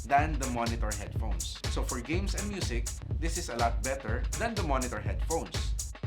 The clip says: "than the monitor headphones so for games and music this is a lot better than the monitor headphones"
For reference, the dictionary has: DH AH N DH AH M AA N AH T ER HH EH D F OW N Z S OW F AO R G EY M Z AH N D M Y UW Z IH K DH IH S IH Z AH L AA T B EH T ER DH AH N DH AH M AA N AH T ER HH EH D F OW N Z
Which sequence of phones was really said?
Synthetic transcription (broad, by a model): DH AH N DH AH M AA N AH T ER HH EH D F OW N S OW F AO R G EY M S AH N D M Y UW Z IH K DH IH S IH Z AH L AA T B EH T ER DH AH N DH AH M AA N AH T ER HH EH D F OW N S